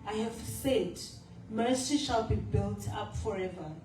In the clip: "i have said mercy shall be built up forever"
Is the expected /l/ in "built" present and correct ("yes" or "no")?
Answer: yes